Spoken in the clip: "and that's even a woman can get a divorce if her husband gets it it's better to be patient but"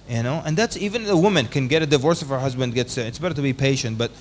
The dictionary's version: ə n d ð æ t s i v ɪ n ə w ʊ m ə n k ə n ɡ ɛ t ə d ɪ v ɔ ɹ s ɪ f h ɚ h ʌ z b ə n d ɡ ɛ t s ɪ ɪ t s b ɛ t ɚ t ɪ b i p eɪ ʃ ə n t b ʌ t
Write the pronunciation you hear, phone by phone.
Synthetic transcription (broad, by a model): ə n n ð æ t s i v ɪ n ə w ʊ m ə n k ə n ɡ ɛ t ə d ɪ v ɔ ɹ s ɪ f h ɚ h ʌ z b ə n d ɡ ɛ t s ɪ ɪ t s b ɛ t ɚ t ɪ b i p eɪ ʃ ə n t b ʌ t